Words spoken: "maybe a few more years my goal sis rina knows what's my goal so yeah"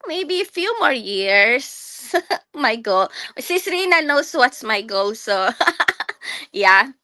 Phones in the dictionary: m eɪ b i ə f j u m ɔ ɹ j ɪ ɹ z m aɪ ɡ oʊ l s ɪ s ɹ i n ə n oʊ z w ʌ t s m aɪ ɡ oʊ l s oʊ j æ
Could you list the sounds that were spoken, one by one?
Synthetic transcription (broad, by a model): m eɪ b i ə f j u m ɔ ɹ j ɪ ɹ s m aɪ ɡ oʊ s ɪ s ɹ i n ə n oʊ s w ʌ t s m aɪ ɡ oʊ s oʊ j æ